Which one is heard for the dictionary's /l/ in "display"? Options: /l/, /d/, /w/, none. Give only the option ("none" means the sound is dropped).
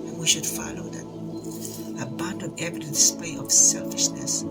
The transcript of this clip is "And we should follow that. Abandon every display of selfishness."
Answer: none